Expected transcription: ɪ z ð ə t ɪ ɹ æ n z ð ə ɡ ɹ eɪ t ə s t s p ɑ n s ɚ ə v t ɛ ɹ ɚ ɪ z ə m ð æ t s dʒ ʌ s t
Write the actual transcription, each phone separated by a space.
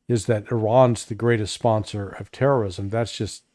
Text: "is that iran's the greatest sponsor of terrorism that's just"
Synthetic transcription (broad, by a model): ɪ z ð ə t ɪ ɹ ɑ n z ð ə ɡ ɹ eɪ t ə s t s p ɑ n s ɚ ə v t ɛ ɹ ɚ ɪ z ə m ð æ t s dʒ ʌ s t